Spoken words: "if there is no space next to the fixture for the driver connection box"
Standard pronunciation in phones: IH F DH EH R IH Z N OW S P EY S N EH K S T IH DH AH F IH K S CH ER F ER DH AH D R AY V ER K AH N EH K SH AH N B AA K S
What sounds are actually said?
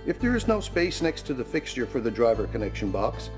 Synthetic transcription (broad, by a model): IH F DH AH R IH Z N OW S P EY S N EH K S T IH DH AH F IH K S CH ER F ER DH AH D R AY V ER K AH N EH K SH AH N B AA K S